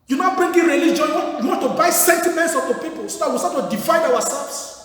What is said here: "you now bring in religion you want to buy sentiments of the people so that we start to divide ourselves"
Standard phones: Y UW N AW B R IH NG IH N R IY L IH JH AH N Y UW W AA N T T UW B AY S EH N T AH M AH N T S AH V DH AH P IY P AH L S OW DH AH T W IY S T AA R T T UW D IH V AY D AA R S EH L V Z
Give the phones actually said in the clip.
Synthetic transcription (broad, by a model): Y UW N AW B R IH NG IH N R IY L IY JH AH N Y UW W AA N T T UW B AY S EH N T AH M AH N T S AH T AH P IY P AH L S OW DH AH T W IY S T AA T T UW D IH F AY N AA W S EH L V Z